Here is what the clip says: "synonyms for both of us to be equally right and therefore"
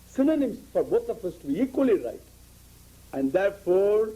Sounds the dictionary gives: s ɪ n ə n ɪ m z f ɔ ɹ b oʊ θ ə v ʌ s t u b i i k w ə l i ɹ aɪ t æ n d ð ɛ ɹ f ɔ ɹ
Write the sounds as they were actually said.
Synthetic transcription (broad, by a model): s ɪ n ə n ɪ m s f ɔ ɹ b oʊ t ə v ʌ s t u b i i k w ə l i ɹ aɪ t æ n d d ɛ ɹ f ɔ ɹ